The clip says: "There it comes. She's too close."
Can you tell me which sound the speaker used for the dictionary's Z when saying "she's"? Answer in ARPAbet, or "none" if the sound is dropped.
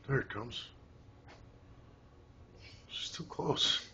S